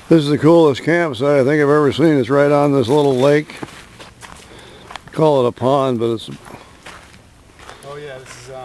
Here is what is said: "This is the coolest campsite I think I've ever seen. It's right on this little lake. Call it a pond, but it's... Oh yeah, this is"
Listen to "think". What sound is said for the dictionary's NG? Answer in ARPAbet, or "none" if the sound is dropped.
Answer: NG